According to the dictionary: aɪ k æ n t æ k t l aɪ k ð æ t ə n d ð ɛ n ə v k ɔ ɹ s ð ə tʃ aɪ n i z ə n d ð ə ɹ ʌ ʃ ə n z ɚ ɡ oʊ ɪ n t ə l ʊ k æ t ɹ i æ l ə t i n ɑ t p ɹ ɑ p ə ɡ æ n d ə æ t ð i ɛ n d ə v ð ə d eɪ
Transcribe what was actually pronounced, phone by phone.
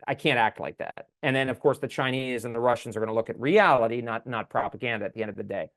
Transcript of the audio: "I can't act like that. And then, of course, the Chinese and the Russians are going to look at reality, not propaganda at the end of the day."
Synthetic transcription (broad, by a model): aɪ k æ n t æ k t l aɪ k ð æ t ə n ð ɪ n ə v k ɔ ɹ s ð ə tʃ aɪ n i z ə n ð ə ɹ ʌ ʃ n z ɚ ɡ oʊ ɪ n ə l ʊ k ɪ t ɹ i æ l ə t i n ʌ t p ɹ ɑ p ə ɡ æ n d ə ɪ t ð i ɛ n d ə v ð ə d eɪ